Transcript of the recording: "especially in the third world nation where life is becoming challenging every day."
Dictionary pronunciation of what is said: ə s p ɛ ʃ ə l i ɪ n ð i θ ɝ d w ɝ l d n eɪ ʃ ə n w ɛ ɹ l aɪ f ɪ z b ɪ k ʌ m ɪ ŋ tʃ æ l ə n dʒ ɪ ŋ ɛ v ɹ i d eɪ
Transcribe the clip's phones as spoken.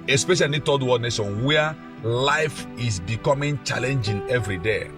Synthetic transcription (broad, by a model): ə s p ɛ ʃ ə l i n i t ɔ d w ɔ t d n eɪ s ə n w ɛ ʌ l aɪ f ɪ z b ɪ k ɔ m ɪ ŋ tʃ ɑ l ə n dʒ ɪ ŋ ɛ v ɹ i d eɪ